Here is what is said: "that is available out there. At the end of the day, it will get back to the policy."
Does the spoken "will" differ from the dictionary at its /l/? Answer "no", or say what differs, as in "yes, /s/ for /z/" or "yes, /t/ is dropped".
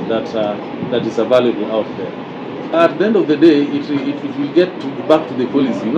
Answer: no